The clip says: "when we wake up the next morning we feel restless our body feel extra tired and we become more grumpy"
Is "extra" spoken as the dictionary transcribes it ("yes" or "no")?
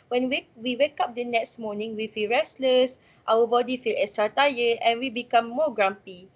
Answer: no